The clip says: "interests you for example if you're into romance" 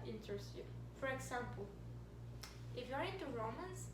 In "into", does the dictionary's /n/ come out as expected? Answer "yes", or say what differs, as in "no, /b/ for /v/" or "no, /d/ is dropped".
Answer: no, /n/ is dropped